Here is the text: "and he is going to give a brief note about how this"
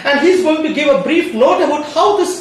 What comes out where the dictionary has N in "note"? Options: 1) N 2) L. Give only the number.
2